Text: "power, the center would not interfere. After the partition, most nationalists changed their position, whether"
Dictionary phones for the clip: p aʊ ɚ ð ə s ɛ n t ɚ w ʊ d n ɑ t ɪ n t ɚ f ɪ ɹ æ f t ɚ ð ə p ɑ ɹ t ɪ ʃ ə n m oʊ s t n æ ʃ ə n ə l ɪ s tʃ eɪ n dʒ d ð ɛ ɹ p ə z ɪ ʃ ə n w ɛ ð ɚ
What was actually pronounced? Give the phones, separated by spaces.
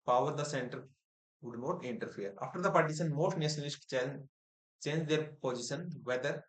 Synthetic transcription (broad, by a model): p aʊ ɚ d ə s ɛ n t ɚ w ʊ d n ɑ t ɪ n t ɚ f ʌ ɹ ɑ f t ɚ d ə p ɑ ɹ t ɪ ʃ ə n m oʊ s t n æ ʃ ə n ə l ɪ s tʃ eɪ n dʒ d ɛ ɹ p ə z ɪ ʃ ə n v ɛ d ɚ